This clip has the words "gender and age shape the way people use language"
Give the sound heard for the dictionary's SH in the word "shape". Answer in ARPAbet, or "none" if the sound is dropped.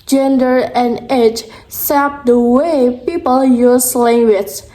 S